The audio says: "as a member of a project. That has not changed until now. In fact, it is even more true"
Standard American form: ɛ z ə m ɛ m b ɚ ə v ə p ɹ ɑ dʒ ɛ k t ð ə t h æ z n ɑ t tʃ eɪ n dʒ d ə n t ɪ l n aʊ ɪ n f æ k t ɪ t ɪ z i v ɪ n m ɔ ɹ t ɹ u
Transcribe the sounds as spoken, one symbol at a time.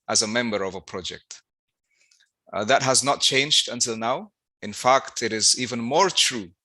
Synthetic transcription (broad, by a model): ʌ z ə m ɛ m b ɚ ə v ə p ɹ ɑ dʒ ɛ k t ð ə t h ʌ z n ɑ t tʃ eɪ n dʒ d ə n t ɪ l n aʊ ɪ n f æ k t ɪ t ɪ z i v ɪ n m ɔ ɹ t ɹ u